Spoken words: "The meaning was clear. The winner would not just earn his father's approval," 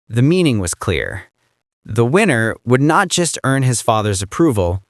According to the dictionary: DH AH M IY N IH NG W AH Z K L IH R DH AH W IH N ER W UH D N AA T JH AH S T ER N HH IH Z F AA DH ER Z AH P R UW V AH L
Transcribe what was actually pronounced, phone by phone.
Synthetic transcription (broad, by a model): DH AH M IY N IH NG W AH Z K L IH R DH AH W IH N ER W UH D N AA T JH AH S T ER N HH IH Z F AA DH ER Z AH P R UW V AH L